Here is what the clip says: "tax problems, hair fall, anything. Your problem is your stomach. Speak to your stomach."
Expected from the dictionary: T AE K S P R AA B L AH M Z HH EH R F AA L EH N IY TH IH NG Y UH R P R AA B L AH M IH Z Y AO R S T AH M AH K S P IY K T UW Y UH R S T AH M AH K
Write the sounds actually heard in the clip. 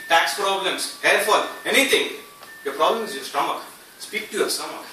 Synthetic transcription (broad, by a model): T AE K S P R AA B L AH M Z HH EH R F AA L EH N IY T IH NG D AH P R AA B L AH M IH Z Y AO S T AH M AH K S P IY K T UW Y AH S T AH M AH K